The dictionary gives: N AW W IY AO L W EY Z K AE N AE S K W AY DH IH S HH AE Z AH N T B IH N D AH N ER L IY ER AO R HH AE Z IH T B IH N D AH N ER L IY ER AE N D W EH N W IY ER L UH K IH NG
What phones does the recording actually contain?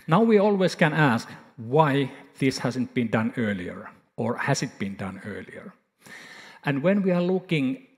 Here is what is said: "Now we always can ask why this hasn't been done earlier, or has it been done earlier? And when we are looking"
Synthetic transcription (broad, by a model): N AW W IY AO L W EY S K AE N AE S K W AY DH IH S HH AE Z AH N T B IH N D AH N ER L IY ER AO R HH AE S IH T B IH N D AH N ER L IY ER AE N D W EH N W IY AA L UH K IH NG